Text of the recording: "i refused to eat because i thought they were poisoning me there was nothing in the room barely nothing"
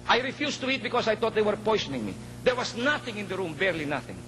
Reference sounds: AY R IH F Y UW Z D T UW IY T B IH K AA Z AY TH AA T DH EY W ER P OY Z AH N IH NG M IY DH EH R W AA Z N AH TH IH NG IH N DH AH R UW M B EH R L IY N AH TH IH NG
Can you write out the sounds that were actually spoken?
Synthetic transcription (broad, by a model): AY R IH F Y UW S T UW IY T B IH K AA S AY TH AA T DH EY W ER P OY S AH N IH NG M IY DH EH R W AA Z N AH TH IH NG IH N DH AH R UW M B EH R L IY N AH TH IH NG